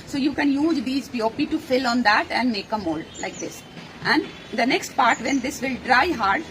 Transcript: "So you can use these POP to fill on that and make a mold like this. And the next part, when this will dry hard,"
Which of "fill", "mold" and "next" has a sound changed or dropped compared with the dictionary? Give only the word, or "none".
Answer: none